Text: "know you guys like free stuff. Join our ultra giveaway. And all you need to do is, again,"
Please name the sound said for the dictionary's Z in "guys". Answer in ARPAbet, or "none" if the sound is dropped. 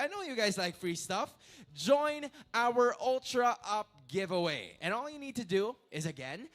Z